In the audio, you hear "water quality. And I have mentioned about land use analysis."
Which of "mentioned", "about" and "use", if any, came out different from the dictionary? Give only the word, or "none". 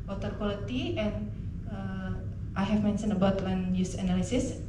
mentioned